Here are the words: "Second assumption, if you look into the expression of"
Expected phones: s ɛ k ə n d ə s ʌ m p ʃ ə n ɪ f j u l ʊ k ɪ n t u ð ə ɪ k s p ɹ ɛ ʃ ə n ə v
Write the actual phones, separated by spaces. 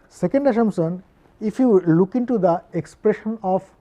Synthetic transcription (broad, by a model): s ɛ k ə n d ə ʃ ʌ m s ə n ɪ f j u l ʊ k ɪ n t u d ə ɪ k s p ɹ ɛ ʃ ə n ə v